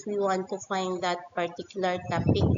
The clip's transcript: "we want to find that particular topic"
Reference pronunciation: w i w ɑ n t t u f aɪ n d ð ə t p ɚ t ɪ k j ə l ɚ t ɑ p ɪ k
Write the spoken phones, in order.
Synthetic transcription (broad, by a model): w i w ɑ n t t u f aɪ n d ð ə t p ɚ t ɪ k j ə l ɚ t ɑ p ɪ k